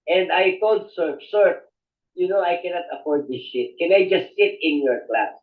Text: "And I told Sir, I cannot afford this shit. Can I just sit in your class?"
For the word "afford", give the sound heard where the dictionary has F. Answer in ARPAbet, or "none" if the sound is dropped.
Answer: P